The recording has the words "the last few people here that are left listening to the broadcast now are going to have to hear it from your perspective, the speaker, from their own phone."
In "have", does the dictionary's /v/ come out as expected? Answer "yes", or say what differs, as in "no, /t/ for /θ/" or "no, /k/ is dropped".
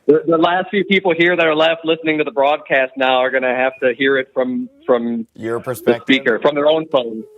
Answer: no, /f/ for /v/